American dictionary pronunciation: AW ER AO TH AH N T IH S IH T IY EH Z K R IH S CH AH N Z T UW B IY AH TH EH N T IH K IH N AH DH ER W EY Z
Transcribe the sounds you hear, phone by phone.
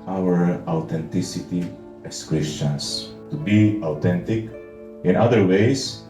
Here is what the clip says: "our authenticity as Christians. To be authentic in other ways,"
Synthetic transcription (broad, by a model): AW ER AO T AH N T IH S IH T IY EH S K R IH S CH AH N S T UW B IY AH T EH N T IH K IH N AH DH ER W EY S